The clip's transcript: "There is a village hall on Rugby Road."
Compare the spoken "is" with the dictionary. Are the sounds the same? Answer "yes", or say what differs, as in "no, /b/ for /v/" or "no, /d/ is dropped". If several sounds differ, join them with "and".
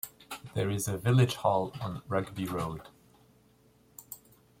yes